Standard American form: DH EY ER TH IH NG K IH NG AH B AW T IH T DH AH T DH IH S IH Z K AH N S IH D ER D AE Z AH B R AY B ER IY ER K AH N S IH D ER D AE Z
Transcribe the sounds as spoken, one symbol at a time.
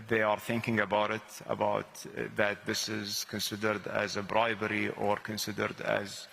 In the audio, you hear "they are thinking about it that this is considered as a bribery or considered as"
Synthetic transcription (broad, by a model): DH EY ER TH IH NG K IH NG AH B AW T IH T DH AH T DH IH S IH Z K AH N S IH D ER D AE Z AH B R AY B ER IY ER K AH N S IH D ER D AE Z